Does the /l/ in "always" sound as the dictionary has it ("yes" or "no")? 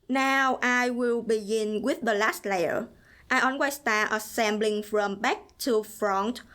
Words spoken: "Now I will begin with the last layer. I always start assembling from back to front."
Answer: no